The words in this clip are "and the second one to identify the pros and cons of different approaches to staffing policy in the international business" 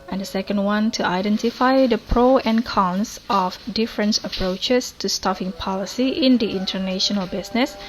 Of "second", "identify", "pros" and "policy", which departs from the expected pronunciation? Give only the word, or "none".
pros